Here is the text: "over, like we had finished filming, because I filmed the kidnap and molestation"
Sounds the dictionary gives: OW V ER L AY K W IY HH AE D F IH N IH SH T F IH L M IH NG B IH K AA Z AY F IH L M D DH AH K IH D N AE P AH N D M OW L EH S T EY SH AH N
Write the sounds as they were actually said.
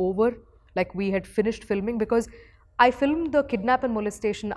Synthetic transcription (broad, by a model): OW V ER L AY K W IY HH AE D F IH N IH SH T F IH L M IH NG B IH K AA Z AY F IH L M D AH K IH D N AE P AH N D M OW L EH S T EY SH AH N